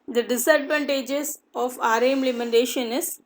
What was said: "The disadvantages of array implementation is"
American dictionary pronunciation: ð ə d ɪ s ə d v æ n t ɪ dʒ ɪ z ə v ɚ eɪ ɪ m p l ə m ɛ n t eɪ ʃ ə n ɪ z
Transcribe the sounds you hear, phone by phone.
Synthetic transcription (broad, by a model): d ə d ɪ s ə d v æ n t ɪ dʒ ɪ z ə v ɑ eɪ m l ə m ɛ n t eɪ ʃ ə n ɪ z